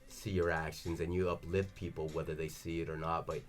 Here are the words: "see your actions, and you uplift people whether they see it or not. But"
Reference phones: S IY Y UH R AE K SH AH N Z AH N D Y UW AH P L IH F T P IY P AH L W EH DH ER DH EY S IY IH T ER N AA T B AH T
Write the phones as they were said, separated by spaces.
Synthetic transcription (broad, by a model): S IY Y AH R AE K SH AH N Z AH N Y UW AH P L IH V P IY P L W EH DH ER DH EY S IY IH T ER N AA T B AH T